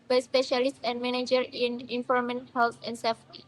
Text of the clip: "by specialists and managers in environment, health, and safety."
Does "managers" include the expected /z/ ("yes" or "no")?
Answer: no